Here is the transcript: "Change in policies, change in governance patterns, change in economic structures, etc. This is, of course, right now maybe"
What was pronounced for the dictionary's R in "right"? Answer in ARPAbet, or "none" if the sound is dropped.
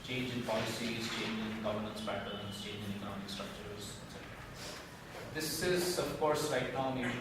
L